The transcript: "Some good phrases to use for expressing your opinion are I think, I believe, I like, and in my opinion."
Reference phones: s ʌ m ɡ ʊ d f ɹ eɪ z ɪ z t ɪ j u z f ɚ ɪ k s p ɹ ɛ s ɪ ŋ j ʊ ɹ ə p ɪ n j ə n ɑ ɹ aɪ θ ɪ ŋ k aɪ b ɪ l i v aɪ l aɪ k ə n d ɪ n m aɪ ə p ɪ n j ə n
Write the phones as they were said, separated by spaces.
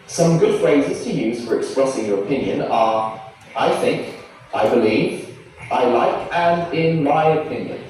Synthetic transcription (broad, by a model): s ʌ m ɡ ʊ d f ɹ eɪ z ɪ z t ɪ j u z f ɚ ɪ k s p ɹ ɛ s ɪ ŋ j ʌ ɹ ə p ɪ n j ə n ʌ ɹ aɪ θ ɪ ŋ k aɪ b ɪ l i v aɪ l aɪ k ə n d ɪ n m aɪ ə p ɪ n j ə n